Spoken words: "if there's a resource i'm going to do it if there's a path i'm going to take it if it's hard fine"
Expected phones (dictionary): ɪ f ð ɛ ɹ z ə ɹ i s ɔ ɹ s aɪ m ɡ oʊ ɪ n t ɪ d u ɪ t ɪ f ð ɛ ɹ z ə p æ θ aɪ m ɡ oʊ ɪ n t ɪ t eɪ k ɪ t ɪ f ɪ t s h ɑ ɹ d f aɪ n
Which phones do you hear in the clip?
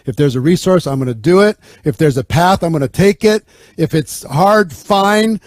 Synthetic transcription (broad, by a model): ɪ f ð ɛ ɹ z ə ɹ i s ɔ ɹ s aɪ m ɡ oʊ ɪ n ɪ d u ɪ t ɪ f ð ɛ ɹ z ə p æ θ aɪ m ɡ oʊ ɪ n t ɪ t eɪ k ɪ t ɪ f ɪ t s h ɑ ɹ d f aɪ n